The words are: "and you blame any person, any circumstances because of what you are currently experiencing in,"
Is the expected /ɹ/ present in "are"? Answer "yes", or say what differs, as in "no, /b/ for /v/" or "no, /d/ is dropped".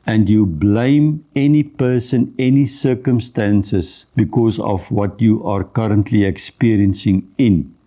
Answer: yes